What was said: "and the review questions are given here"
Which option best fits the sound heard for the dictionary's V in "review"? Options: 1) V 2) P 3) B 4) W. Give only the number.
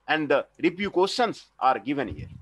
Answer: 2